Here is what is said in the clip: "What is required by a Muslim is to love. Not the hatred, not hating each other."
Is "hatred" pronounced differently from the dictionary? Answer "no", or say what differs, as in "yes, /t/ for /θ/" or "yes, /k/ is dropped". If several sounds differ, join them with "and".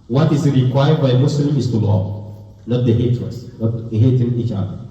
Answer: yes, /ɹ/ is dropped